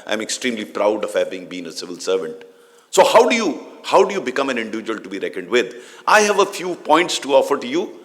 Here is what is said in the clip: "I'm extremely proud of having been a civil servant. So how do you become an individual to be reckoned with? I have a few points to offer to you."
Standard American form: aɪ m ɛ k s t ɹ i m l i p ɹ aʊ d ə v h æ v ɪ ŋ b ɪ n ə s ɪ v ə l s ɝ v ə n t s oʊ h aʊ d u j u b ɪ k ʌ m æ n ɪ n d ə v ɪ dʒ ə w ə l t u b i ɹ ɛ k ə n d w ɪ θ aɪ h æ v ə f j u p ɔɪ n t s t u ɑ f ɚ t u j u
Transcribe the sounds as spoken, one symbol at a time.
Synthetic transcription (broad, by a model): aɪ m ɛ k s t ɹ i m l i p ɹ aʊ d ə v h æ v ɪ ŋ b ɪ n ə s ɪ v ə l s ɝ v ə n t s oʊ h aʊ d u j u b ɪ k ʌ m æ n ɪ n d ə v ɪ dʒ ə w ə l t u b i ɹ ɛ k ə n d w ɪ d aɪ h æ v ə f j u p ɔɪ n t s t u ɑ f ɚ t u j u